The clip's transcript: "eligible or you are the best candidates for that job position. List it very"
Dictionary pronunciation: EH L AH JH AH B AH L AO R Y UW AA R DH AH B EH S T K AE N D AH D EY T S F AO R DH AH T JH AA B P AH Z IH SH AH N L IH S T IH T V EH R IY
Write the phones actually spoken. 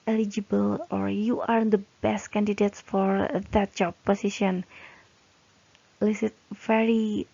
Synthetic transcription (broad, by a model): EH L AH JH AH B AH L AO R Y UW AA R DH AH B EH S T K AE N D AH D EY T S F AO R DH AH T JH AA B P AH S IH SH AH N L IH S IH T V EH R IY